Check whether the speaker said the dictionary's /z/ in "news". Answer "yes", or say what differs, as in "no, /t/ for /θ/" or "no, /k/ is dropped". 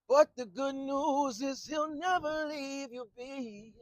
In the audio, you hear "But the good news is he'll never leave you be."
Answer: yes